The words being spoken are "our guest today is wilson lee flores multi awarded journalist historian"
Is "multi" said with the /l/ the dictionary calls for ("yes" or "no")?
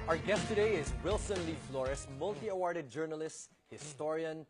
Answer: yes